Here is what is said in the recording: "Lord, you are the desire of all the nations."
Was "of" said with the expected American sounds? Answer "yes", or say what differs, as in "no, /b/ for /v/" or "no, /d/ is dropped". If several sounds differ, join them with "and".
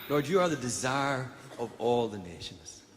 yes